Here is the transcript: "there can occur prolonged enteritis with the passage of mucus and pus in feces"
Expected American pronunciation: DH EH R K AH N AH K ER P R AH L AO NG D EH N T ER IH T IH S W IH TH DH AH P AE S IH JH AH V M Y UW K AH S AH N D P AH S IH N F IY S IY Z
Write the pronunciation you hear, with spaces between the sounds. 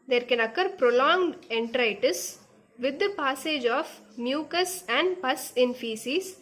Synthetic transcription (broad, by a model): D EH R K AH N AH K ER P R AH L AO NG D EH N T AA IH T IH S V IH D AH P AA S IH JH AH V M Y UW K AH S AH N D P AH S IH N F IY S IY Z